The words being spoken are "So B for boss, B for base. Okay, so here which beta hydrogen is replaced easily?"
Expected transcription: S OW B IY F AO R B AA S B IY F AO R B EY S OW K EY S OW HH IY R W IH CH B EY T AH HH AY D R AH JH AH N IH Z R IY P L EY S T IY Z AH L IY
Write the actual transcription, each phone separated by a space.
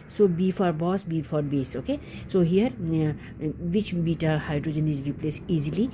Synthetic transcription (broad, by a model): S OW B IY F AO R B AA S B IY F AO R B EY S OW K EY S OW HH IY R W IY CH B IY T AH HH AY D R AH JH AH N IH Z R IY P L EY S IY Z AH L IY